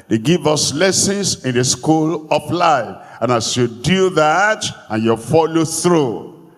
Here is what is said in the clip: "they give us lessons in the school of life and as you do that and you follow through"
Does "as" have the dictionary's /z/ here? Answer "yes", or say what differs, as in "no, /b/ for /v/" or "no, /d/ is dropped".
no, /s/ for /z/